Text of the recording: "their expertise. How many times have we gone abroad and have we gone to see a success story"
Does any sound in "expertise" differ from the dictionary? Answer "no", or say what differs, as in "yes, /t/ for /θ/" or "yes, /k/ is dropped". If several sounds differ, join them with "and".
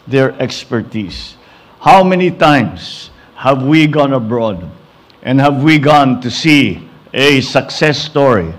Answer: yes, /s/ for /z/